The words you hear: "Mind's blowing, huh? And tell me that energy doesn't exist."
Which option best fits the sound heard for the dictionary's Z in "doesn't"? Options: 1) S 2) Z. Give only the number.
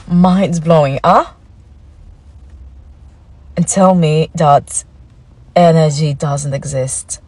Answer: 2